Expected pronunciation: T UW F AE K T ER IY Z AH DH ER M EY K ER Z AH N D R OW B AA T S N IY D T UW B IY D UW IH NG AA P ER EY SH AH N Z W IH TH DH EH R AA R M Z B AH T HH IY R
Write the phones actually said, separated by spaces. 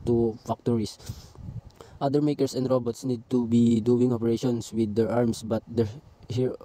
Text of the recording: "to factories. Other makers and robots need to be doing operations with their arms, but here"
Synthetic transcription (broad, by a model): T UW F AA K T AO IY S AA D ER M EY K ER S AH N D R OW B AA T S N IY D T UW B IY D UW IH NG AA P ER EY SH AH N S W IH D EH R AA R M S B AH T HH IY R